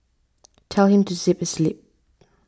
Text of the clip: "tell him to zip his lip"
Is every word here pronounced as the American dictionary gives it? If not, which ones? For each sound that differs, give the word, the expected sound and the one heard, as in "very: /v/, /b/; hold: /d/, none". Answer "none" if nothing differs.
zip: /z/, /s/; his: /z/, /s/